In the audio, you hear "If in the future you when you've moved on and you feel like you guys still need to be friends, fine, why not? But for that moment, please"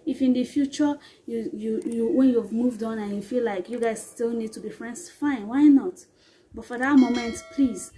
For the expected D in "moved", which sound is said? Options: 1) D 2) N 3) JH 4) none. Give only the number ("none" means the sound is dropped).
1